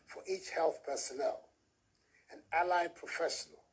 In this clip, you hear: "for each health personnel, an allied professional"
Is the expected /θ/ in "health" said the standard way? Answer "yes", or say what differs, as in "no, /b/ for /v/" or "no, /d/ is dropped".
yes